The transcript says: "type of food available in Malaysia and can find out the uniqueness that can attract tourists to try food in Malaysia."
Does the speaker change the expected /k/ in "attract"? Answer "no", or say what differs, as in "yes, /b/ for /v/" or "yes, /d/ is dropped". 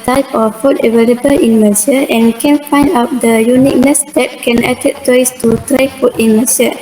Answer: yes, /k/ is dropped